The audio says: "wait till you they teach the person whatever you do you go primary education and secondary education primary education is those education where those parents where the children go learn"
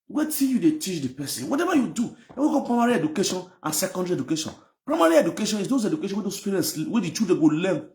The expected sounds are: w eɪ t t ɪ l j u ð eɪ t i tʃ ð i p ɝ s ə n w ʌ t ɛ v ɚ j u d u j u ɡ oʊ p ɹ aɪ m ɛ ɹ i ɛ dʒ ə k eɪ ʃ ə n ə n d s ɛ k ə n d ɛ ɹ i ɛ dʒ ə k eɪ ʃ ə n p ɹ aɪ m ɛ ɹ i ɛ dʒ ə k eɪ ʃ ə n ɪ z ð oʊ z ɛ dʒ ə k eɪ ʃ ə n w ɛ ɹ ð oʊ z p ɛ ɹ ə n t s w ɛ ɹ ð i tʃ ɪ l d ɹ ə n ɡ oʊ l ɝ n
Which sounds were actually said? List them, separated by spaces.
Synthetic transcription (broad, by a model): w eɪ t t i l j u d eɪ t i tʃ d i p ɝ s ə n w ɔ t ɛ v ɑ j u d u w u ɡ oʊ p ɹ aɪ m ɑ ɹ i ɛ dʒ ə k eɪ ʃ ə n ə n s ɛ k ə n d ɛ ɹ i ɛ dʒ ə k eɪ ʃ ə n p ɹ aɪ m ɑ ɹ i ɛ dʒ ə k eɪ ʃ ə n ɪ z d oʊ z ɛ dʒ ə k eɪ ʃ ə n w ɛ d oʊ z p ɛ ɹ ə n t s w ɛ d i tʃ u d ə ɡ oʊ l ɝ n